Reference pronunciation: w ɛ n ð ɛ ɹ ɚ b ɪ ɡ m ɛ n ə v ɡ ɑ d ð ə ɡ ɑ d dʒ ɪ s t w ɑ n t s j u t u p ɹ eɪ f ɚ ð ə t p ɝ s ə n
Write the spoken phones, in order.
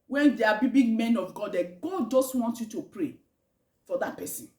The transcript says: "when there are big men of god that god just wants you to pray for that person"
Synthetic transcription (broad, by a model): w ɛ n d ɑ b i b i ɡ m ɛ n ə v ɡ ɑ d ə ɡ ɑ d dʒ ɪ s t w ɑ n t j u t u p ɹ eɪ f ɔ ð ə t p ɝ s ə n